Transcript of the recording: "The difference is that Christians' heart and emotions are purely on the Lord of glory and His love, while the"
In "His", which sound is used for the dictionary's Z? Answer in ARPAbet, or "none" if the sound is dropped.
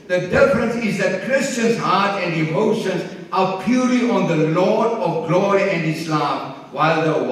S